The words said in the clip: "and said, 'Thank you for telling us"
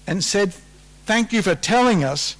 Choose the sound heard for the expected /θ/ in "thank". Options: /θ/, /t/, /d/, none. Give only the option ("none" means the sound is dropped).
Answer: /θ/